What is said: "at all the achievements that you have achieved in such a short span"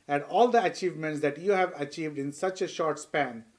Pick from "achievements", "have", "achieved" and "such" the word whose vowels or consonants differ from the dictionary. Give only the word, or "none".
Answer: none